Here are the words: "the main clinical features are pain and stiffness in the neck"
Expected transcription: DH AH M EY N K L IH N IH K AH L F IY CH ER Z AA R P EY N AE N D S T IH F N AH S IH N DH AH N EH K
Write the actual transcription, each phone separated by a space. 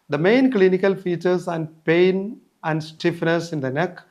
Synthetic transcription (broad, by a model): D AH M EY N K L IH N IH K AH L F IY CH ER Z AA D P EY N AE N D S T IH F N AH S IH N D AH N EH K